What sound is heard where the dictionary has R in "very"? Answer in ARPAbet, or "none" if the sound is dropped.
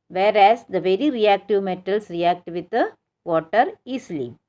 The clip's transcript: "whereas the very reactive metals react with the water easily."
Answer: R